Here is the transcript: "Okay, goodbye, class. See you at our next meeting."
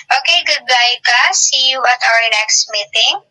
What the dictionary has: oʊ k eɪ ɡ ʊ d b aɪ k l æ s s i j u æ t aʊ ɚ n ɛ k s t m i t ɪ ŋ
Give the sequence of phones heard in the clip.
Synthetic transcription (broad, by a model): oʊ k eɪ ɡ ʊ d b aɪ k ɑ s s i j u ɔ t aʊ ɚ n ɛ k s t m i t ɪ ŋ